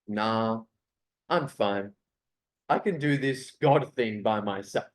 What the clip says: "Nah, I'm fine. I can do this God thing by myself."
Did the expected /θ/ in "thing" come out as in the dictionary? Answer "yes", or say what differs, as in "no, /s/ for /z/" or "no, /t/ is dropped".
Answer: yes